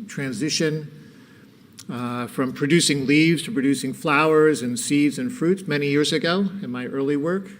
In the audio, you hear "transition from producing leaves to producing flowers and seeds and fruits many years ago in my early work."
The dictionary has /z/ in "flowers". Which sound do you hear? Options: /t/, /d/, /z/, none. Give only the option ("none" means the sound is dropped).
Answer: /z/